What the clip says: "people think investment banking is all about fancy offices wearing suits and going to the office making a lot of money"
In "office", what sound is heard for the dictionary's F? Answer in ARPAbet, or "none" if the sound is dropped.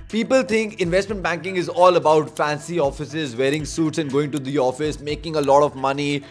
F